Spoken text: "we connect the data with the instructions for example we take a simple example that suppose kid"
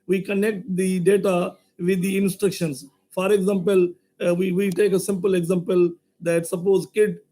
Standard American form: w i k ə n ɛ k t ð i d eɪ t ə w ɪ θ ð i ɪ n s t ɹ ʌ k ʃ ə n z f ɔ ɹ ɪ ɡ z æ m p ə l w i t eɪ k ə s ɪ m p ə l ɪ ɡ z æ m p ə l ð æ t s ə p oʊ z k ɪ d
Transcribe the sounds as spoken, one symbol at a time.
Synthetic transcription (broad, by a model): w i k ə n ɛ k t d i d eɪ t ə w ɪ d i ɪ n s t ɹ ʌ k ʃ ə n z f ɔ ɹ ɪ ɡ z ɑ m p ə l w i t eɪ k ə s ɪ m p ə l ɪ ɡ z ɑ m p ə l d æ t s ə p oʊ z k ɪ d